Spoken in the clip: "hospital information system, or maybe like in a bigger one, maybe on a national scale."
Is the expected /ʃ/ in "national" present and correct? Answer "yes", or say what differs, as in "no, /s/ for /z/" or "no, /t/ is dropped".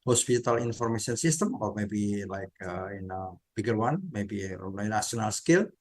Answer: no, /ʃ/ is dropped